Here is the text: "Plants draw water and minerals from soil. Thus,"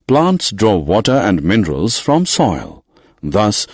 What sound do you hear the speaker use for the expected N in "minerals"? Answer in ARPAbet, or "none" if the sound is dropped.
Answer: N